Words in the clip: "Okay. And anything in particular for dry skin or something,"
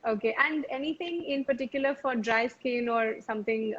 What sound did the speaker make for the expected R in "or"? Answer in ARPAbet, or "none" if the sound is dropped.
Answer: R